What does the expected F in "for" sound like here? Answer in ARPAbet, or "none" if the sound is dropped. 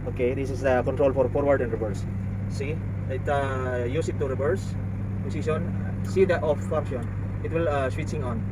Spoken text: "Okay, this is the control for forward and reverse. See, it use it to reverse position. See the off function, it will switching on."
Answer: F